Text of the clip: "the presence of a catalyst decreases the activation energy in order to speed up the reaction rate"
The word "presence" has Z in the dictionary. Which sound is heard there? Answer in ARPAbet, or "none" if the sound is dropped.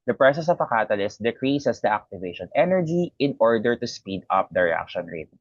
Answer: S